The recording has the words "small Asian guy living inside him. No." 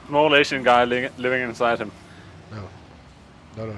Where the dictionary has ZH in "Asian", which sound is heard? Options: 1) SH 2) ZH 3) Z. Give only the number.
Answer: 1